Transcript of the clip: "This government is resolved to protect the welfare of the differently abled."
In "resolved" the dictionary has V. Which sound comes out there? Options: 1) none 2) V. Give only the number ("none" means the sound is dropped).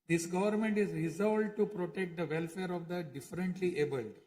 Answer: 1